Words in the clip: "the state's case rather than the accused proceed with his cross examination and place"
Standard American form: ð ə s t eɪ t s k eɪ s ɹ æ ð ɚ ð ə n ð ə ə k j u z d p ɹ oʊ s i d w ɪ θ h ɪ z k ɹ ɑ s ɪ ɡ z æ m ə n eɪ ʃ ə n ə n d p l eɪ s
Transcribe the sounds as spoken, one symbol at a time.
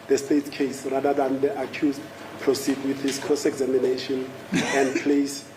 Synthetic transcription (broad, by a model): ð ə s t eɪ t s k eɪ s ɹ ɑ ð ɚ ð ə n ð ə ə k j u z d p ɹ oʊ s i d w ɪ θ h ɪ s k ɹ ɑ s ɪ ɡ z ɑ m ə n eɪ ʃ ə n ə n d p l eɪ s